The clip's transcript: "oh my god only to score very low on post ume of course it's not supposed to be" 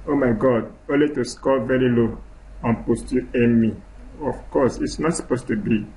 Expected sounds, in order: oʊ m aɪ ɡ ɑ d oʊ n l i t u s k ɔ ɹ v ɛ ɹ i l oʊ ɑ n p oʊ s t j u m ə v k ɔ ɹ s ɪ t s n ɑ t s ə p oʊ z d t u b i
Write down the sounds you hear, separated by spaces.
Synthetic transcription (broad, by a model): oʊ m aɪ ɡ ɑ d oʊ n l i t u s k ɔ l v ɛ ɹ i l oʊ ɑ n p oʊ s t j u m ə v k ɔ s ɪ t s n ɑ t s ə p oʊ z t u b i